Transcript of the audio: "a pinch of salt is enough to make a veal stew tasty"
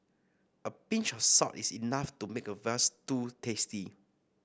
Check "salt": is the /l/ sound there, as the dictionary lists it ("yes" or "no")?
no